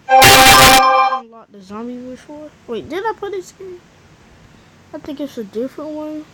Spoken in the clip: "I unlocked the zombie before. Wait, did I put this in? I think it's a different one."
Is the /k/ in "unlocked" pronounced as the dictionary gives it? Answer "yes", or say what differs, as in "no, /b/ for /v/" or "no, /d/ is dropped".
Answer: no, /k/ is dropped